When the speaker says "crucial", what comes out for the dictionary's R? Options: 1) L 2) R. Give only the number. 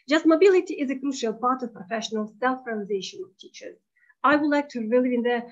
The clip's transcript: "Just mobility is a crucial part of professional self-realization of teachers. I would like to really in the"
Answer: 2